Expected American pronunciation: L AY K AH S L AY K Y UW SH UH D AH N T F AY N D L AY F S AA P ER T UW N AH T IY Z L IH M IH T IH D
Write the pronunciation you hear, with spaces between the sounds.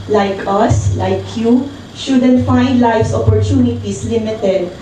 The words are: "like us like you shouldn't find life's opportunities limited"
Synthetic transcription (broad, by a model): L AY K AH S L AY K Y UW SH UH D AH N T F AY N D L AY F S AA P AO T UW N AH T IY S L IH M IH T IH D